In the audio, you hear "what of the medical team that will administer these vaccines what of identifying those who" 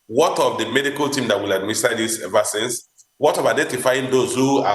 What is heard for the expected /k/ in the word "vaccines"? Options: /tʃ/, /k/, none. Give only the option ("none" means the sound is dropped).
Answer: none